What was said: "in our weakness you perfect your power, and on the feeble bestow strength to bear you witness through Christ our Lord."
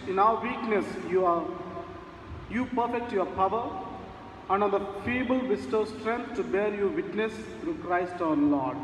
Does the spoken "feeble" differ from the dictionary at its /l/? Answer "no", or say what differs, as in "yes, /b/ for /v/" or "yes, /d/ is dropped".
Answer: no